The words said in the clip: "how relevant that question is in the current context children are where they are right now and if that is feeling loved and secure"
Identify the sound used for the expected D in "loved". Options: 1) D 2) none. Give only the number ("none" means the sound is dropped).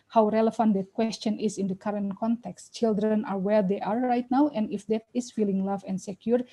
2